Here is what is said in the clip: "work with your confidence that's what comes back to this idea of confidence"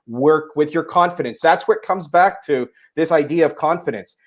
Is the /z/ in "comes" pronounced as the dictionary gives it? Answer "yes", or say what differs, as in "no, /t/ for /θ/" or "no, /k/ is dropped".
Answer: yes